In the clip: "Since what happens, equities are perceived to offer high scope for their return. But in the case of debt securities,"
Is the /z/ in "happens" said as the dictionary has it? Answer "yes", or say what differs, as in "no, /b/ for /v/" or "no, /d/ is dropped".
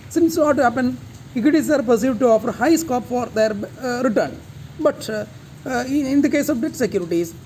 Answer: no, /z/ is dropped